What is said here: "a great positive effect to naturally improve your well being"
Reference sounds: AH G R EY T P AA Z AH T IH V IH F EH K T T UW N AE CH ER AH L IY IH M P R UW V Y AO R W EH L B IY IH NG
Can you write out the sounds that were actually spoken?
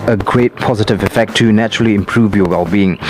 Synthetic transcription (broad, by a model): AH G R EY T P AA Z AH T IH V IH F EH K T T UW N AE CH ER AH L IY IH M P R UW V Y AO W EH L B IY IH NG